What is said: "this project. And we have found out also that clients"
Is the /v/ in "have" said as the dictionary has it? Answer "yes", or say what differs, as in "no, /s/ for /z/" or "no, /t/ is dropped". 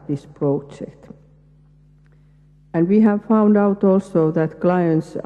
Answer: yes